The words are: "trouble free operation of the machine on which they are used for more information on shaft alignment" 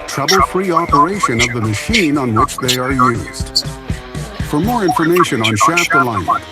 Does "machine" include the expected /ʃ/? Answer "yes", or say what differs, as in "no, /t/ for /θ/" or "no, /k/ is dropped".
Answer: yes